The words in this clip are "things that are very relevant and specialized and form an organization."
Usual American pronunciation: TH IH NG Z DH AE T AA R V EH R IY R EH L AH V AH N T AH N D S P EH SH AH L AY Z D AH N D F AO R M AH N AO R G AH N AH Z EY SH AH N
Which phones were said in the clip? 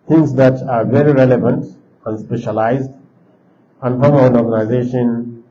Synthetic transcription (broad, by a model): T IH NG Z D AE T AA R V EH R IY R EH L AH V AH N T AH N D S P EH SH AH L AY Z D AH N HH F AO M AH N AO R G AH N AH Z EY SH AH N